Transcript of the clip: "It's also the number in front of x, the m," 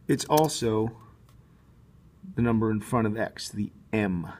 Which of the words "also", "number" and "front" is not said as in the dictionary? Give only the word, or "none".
front